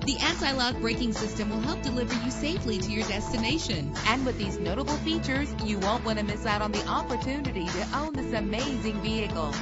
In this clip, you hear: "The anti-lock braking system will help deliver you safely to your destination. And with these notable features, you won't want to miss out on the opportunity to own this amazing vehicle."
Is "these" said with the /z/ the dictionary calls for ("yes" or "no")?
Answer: yes